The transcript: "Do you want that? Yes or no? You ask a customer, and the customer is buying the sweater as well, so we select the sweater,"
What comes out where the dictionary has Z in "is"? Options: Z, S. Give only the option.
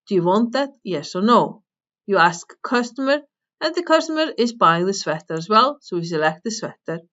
Z